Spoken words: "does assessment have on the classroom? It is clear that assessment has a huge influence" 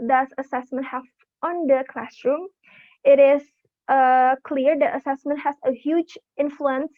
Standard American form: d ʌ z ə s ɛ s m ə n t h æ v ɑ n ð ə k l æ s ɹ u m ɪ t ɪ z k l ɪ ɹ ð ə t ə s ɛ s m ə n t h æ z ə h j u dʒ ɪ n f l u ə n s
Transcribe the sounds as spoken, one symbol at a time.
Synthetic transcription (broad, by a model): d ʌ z ə s ɛ s m ə n t h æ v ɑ n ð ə k l æ s ɹ u m ɪ t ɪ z k l ɪ ɹ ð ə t ə s ɛ s m ə n t h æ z ə h j u dʒ ɪ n f l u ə n s